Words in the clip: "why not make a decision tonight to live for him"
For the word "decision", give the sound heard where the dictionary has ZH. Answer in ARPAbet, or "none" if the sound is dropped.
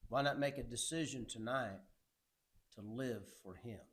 ZH